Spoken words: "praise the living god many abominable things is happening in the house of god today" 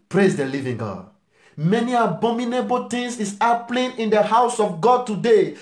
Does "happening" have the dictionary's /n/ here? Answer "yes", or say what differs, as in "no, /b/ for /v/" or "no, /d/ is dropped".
no, /l/ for /n/